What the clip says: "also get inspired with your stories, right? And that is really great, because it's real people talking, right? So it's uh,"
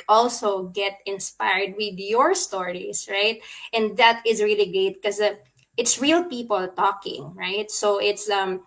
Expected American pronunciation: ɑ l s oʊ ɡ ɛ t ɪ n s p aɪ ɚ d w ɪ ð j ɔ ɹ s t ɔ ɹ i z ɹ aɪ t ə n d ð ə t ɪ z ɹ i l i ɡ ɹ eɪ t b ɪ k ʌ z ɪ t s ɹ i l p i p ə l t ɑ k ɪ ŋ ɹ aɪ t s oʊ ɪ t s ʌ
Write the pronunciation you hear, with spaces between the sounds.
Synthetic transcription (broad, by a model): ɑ l s oʊ ɡ ɛ t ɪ n s p aɪ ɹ d w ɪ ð j ɔ ɹ s t ɔ ɹ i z ɹ aɪ t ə n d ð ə t ɪ z ɹ i l i ɡ ɹ eɪ t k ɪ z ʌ ɪ t s ɹ i l p i p ə l t ɑ k ɪ ŋ ɹ aɪ t s oʊ ɪ t s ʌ